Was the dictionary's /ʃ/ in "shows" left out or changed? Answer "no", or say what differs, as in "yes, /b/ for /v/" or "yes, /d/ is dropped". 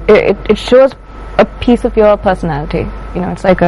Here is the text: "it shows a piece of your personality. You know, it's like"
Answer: no